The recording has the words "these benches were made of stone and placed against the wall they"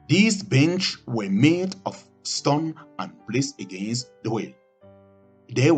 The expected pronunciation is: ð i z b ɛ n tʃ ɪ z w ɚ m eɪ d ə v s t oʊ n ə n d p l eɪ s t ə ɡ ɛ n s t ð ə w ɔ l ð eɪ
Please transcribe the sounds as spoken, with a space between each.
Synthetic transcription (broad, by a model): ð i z b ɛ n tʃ w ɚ m eɪ d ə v s t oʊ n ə n p l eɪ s ə ɡ ɛ n s t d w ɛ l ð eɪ